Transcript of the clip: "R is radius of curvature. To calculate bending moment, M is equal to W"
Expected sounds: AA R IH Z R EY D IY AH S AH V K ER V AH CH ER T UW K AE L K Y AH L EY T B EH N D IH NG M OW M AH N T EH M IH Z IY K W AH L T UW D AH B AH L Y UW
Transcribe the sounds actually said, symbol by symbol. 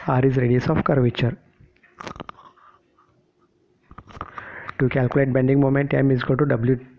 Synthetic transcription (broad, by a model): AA R IH Z R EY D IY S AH F K ER V AH CH ER T UW K AE L K Y AH L EY T B EH N D IH NG M OW M AH N T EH M IH Z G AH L T UW D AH B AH L Y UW